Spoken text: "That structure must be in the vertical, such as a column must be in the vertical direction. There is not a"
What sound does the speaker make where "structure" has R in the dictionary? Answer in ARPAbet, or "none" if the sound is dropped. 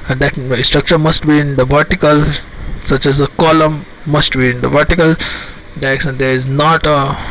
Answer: R